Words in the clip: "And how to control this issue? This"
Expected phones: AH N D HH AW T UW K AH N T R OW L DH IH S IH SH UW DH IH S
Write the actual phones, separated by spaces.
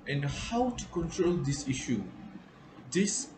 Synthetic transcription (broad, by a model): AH N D HH AW T UW K AH N T R OW L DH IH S IH SH UW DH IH S